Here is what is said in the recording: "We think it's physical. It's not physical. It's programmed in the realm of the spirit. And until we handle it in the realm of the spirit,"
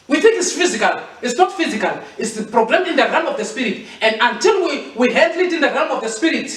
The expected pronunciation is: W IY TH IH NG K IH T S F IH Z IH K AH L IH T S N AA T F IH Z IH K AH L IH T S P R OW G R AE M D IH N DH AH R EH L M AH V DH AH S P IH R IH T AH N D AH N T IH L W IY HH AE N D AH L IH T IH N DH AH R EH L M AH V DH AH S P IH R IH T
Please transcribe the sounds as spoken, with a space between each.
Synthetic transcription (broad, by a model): W IY TH IH NG K IH T S F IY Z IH K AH L IH T S N AA T F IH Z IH K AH L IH T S P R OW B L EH M IH N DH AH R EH M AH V DH AH S P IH R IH T AH N D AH N T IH L W IY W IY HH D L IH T IH N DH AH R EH M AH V DH AH S P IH R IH T